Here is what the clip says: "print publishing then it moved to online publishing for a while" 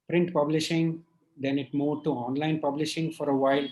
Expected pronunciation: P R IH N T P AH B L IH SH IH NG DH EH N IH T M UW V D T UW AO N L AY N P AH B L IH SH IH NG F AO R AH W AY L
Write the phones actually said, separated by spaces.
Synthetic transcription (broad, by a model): P R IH N T P AH B L IH SH IH NG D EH N IH T M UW D T UW AO N L AY N P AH B L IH SH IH NG F AO R AH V AY L